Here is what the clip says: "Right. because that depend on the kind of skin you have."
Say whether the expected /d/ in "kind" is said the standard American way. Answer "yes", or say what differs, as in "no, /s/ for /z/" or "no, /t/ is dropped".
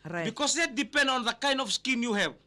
yes